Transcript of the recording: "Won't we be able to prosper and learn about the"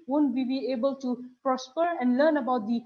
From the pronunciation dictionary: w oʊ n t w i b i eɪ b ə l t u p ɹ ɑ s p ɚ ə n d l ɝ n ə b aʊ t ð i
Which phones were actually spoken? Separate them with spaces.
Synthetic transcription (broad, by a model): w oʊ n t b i b i eɪ b ə l t u p ɹ ɑ s p ɚ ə n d l ɝ n ə b aʊ t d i